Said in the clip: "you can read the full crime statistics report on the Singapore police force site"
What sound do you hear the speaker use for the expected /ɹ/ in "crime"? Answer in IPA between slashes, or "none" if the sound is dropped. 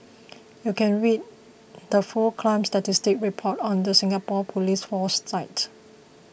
/l/